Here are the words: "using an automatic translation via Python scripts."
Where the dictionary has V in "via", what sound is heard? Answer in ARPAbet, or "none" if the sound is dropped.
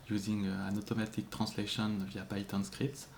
V